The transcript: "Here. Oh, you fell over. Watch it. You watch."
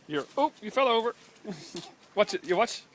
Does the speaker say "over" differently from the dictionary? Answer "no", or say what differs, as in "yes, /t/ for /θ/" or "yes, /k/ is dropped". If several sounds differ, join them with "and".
no